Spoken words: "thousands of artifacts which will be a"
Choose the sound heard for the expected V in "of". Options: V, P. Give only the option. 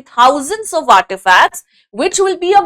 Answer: V